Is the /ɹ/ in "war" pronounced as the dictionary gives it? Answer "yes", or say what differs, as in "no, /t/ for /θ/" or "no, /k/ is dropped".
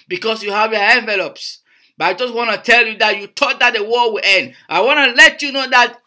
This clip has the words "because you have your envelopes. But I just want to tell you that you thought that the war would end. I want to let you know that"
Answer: no, /l/ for /ɹ/